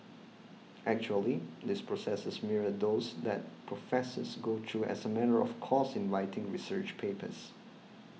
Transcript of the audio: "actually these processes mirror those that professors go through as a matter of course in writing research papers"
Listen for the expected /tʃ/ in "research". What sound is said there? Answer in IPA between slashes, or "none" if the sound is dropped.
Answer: /tʃ/